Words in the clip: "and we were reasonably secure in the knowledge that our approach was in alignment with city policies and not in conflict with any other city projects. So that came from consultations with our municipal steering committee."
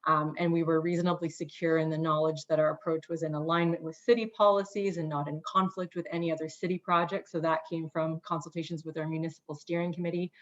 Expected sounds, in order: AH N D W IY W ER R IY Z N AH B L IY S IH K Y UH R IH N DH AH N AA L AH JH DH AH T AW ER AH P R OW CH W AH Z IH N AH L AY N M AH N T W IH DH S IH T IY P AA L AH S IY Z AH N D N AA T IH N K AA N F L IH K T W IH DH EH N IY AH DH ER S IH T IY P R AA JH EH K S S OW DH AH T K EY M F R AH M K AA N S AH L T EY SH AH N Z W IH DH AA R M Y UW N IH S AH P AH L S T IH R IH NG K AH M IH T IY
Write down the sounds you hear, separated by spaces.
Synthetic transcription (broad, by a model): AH N W IY W ER R IY Z N AH B L IY S IH K Y UH R IH N DH AH N AA L AH JH DH AH T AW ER AH P R OW CH W AH Z IH N AH L AY N M AH N T W IH DH S IH T IY P AA L AH S IY Z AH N N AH T IH N K AA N F L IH K T W IH DH EH N IY AH DH ER S IH T IY P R AA JH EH K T S OW DH AH T K EY M F R AH M K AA N S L T EY SH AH N Z W IH DH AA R M Y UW N IH S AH P L S T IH R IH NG K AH M IH T IY